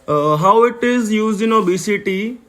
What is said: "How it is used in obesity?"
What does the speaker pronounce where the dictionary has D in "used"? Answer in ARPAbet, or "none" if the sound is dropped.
none